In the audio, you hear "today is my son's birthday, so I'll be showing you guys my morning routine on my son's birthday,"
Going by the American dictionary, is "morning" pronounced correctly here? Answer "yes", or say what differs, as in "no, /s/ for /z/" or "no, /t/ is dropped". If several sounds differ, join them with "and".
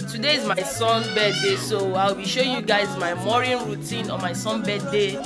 no, /n/ is dropped